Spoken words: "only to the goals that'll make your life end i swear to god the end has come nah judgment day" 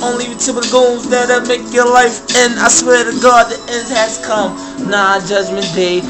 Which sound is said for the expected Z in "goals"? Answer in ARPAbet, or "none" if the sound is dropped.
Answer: Z